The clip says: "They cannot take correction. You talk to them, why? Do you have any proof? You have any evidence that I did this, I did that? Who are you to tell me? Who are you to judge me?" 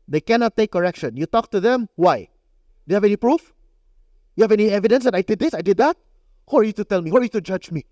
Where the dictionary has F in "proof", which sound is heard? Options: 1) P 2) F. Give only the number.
2